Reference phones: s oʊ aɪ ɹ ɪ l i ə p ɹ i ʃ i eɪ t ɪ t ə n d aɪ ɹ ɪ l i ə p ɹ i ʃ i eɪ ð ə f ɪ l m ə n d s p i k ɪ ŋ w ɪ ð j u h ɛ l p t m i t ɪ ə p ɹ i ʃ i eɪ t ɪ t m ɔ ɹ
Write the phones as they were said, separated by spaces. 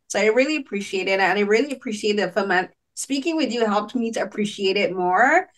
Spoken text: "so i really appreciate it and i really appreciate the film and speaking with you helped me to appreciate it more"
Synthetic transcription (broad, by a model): s oʊ aɪ ɹ ɪ l i ə p ɹ i ʃ i eɪ t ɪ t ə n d aɪ ɹ ɪ l i ə p ɹ i ʃ i eɪ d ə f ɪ m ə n s p i k ɪ ŋ w ɪ ð j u h ɛ l p t m i t ɪ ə p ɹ i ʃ i eɪ t ɪ t m ɔ ɹ